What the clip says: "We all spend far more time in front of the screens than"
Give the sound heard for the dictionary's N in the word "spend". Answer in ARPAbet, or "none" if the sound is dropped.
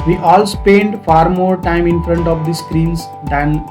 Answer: N